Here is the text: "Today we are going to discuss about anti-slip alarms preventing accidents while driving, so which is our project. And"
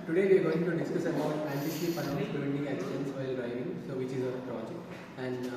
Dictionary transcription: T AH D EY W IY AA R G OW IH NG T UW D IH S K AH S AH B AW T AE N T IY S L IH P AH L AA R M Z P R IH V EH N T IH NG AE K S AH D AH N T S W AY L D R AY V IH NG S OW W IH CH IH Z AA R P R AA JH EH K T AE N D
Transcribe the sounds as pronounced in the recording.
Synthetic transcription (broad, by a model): T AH D EY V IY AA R G OW IH NG T UW D IH S K AH S AH B AW T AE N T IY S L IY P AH N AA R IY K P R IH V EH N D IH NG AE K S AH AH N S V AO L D R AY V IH NG S OW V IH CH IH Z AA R P R AA JH EH K T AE N D